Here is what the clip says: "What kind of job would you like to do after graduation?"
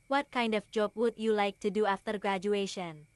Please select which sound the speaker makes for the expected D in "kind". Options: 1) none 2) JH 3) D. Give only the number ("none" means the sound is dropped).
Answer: 3